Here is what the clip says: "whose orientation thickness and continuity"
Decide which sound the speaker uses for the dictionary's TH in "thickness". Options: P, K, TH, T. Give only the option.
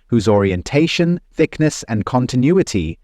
TH